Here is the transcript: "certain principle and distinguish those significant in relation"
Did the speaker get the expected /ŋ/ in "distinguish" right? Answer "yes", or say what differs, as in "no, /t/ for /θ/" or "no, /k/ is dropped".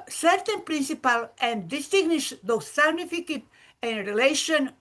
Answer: no, /ŋ/ is dropped